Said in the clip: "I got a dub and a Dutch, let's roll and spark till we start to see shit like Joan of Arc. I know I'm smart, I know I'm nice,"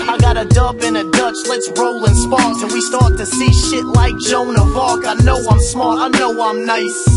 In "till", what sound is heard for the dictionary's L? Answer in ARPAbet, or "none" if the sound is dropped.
N